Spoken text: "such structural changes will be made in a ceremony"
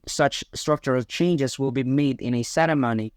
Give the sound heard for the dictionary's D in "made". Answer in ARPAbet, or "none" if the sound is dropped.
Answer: D